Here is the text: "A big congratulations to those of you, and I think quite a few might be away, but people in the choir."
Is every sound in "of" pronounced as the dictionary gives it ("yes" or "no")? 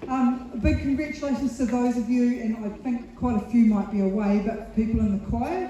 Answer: yes